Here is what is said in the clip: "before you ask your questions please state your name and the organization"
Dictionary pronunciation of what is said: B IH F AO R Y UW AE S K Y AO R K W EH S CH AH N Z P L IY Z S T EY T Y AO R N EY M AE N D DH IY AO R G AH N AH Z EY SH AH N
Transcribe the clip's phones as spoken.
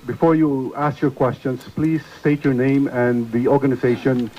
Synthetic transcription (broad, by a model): B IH F AO R Y UW AE S K Y AO R K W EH S CH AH N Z P L IY Z S T EY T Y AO R N EY M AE N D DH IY AO R G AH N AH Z EY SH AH N